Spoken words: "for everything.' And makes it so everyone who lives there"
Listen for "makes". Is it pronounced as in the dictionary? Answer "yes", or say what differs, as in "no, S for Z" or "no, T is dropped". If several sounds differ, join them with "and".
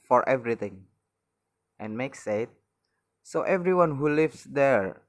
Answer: yes